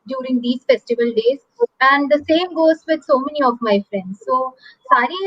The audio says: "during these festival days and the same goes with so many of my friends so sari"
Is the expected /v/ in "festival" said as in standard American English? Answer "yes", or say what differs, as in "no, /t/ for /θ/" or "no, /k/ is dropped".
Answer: yes